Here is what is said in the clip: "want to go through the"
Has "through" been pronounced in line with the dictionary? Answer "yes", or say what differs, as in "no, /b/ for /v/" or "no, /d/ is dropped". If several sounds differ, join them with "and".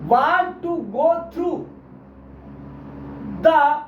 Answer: no, /t/ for /θ/